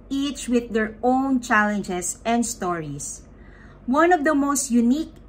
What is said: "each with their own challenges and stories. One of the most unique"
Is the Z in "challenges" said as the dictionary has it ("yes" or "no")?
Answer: no